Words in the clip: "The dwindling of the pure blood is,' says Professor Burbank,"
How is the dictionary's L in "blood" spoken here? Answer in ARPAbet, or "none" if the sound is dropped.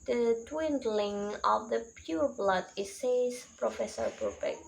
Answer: L